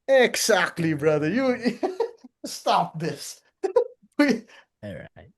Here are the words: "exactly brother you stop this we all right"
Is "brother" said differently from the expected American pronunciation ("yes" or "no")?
no